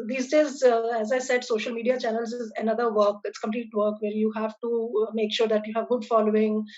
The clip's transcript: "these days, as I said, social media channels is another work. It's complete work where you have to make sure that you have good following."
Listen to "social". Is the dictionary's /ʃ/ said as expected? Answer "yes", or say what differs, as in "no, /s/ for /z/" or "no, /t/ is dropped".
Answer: yes